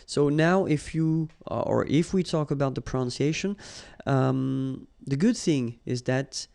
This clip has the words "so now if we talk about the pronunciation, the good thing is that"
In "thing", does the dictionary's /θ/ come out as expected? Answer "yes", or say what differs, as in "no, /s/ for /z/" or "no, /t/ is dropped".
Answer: yes